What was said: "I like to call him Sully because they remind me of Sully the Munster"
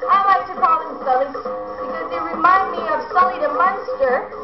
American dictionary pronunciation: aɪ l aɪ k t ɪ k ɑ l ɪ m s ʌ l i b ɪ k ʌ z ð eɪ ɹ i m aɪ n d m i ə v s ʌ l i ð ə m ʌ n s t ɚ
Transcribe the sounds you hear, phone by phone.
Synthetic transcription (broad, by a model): aɪ l aɪ k t ɪ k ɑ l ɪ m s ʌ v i b ɪ k ʌ z ð eɪ ɹ i m aɪ n d m i ə v s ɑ l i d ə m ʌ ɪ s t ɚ